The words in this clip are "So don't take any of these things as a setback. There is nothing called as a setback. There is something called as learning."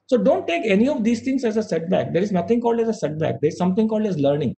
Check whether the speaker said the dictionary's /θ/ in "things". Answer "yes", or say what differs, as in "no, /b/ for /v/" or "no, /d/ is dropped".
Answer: no, /t/ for /θ/